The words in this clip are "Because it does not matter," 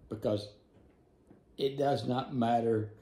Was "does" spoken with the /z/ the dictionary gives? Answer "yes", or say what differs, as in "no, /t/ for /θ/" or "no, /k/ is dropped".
yes